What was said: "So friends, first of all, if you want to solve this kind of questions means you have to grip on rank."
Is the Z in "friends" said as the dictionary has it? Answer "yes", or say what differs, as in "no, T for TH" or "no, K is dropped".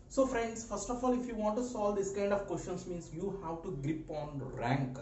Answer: no, S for Z